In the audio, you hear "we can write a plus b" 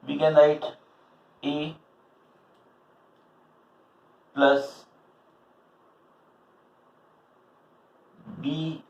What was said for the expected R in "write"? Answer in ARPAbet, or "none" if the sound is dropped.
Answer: L